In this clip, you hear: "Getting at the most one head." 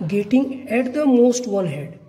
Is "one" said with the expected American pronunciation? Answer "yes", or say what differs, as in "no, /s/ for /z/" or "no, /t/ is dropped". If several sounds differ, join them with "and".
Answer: no, /l/ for /n/